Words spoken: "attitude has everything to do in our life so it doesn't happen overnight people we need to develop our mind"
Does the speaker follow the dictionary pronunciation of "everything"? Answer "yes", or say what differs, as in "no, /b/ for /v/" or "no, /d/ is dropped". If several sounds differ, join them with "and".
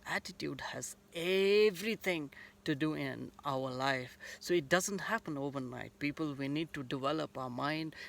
no, /t/ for /θ/